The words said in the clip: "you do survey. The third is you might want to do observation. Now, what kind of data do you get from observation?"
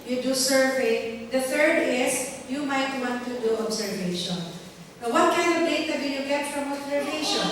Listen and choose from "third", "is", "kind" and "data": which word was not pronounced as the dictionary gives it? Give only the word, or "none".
is